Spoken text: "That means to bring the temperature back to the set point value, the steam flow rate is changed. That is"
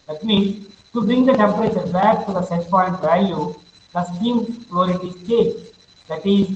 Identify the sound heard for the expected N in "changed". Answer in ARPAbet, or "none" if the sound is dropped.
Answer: none